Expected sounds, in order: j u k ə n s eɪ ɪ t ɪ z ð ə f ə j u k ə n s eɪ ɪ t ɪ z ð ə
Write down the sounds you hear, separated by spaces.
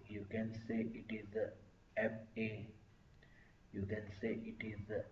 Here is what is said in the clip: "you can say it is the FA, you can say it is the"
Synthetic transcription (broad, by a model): j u k ə n s eɪ ɪ t ɪ z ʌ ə p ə j u k ə n s eɪ ɪ t ɪ z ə